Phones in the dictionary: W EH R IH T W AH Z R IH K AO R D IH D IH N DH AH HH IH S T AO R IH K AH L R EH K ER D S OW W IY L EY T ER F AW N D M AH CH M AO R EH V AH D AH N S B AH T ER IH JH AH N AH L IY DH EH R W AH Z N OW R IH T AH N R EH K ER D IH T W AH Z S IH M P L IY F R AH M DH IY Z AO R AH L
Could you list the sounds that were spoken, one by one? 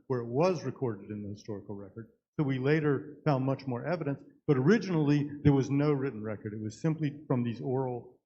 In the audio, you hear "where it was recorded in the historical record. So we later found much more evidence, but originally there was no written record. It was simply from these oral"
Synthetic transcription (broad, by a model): W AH R IH T W AH Z R IH K AO R D IH D IH N DH AH HH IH S T AO R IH K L R EH K ER D S OW W IY L EY T ER F AW N D M AH CH M AO R EH V AH D AH N S B AH T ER IH JH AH N L IY DH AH R W AH Z N OW R IH T N R EH K ER D IH T W AH Z S IH M P L IY F R AH M DH IY Z AO R L